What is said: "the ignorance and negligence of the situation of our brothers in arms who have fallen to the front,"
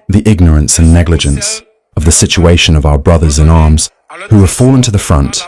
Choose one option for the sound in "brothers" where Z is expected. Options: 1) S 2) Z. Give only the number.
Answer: 2